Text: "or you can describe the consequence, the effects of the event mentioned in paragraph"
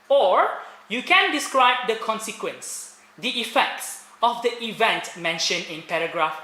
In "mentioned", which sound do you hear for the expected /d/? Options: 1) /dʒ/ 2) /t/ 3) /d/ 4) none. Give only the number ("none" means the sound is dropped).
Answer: 4